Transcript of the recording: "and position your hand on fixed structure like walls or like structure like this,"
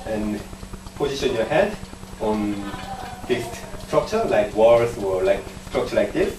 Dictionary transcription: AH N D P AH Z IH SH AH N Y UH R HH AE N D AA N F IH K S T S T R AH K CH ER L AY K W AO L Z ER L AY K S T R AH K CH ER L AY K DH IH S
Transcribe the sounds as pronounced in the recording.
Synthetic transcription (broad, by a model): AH N P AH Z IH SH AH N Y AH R HH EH D AA N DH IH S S T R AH K CH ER L AY K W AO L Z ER L AY K S T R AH K CH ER L AY K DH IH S